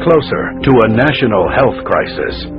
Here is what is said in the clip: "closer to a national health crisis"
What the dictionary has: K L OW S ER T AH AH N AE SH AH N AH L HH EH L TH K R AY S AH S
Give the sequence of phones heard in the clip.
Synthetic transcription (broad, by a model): K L OW S ER T AH AH N AE SH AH N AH L HH EH L TH K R AY S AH S